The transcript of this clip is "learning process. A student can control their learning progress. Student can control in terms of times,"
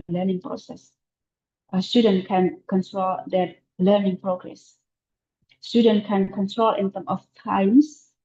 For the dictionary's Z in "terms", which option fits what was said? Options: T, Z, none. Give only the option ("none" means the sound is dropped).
none